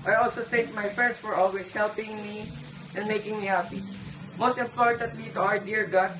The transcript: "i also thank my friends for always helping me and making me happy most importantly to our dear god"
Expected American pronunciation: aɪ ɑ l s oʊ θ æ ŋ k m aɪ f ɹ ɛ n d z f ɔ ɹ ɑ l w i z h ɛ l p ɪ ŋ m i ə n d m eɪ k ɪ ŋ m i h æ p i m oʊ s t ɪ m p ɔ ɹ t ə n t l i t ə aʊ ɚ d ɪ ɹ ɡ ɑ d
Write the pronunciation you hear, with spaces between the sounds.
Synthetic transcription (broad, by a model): aɪ ɑ l s oʊ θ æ ŋ k m aɪ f ɹ ɛ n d s f ɔ ɹ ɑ l w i s h ɛ l p ɪ ŋ m i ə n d m eɪ k ɪ ŋ m i h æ p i m oʊ s t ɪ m p ɔ ɹ t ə n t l i t ə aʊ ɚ d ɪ ɹ ɡ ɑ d